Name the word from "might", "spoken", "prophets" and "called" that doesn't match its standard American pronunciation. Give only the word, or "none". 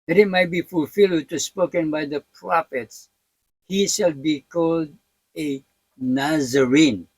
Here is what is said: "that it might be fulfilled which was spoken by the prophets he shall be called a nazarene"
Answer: none